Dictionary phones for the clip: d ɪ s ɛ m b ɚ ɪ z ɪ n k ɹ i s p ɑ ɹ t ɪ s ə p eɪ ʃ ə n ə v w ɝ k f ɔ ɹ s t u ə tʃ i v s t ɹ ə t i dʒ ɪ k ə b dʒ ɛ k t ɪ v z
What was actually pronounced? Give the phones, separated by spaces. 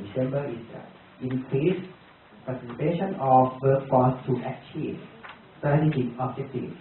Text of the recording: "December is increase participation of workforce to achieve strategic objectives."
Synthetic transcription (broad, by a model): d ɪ s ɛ m b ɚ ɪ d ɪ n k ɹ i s p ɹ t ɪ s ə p eɪ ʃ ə n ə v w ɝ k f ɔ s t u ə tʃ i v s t ə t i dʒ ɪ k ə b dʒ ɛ k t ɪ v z